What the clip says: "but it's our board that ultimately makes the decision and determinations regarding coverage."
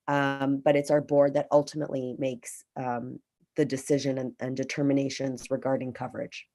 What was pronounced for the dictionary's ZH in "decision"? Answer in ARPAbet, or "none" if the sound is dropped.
ZH